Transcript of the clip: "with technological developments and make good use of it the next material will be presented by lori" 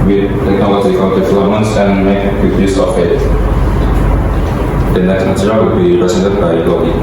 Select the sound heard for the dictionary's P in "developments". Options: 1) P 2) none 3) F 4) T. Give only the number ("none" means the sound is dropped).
2